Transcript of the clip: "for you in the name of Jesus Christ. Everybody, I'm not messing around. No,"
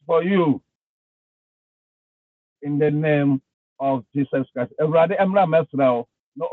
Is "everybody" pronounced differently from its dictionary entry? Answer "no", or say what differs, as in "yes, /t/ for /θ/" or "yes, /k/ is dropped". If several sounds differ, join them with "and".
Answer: yes, /v/ is dropped and /b/ is dropped